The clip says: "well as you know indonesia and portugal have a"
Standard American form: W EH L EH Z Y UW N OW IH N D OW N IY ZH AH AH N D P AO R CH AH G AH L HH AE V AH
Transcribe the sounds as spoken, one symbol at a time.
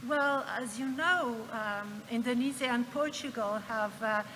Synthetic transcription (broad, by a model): W EH L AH Z Y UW N OW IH N D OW N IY Z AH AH N P AO R CH AH G AH L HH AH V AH